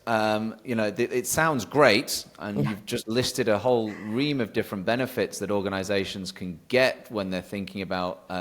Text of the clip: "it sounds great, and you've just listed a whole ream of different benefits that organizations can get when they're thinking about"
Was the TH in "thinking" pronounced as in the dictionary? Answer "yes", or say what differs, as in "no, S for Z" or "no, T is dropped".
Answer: yes